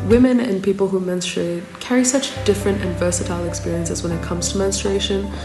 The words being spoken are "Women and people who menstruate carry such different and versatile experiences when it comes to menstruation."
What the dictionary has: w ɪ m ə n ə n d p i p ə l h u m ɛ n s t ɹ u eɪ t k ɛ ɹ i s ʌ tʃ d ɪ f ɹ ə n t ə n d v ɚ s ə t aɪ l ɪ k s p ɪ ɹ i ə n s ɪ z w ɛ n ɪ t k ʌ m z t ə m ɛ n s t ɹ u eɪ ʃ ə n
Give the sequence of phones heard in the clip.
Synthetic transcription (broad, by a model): w ɪ m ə n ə n p i p ə l h u m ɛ n s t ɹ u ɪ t k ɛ ɹ i s ʌ tʃ d ɪ f ɹ ə n t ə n v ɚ s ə t aɪ l ɪ k s p ɪ ɹ i ə n s ɪ z w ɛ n ɪ t k ʌ m z t ə m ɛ n s t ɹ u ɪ ʃ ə n